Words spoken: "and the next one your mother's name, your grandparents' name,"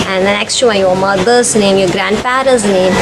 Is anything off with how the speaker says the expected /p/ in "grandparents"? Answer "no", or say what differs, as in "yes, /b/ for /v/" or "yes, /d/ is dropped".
yes, /f/ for /p/